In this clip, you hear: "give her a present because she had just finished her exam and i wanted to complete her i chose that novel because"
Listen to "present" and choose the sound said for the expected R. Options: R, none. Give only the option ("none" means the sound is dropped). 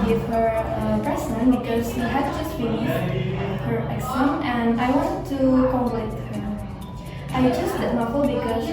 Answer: none